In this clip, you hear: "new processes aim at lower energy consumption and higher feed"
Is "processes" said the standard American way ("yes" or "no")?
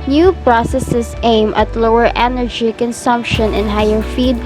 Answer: no